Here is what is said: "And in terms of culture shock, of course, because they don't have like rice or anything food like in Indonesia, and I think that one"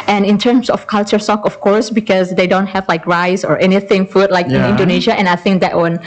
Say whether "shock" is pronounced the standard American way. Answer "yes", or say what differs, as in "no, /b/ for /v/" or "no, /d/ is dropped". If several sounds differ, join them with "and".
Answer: no, /s/ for /ʃ/